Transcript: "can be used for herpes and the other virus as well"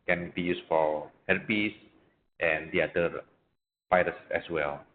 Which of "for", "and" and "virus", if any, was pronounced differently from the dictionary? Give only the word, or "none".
virus